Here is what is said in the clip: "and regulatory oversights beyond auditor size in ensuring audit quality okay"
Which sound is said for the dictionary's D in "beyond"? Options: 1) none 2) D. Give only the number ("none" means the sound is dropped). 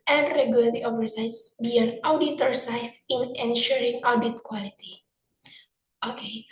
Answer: 1